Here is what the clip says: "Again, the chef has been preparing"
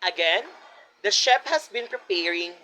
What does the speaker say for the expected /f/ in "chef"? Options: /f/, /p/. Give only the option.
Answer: /p/